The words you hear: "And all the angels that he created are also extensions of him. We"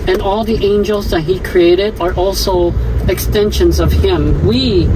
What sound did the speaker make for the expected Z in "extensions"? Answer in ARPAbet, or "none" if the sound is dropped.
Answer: Z